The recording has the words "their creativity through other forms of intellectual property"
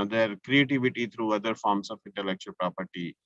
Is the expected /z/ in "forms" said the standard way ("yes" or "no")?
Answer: no